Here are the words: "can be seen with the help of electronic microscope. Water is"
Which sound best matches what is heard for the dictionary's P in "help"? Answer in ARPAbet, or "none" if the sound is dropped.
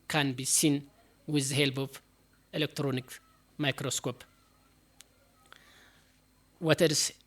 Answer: B